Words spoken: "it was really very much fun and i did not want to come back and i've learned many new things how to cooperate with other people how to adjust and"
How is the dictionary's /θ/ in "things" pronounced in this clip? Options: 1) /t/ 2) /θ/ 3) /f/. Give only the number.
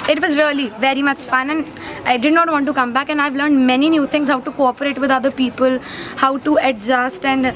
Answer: 1